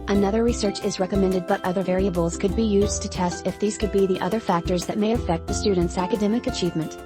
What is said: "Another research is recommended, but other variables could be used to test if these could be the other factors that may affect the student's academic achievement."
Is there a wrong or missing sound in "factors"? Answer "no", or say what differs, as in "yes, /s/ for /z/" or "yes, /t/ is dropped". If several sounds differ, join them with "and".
no